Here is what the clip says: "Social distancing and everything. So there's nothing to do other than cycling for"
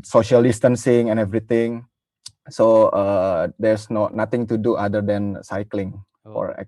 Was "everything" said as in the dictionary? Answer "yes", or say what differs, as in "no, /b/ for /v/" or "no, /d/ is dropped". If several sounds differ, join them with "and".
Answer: no, /t/ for /θ/